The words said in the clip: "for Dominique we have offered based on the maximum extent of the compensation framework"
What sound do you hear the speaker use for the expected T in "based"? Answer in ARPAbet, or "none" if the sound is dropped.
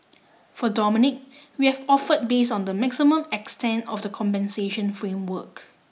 none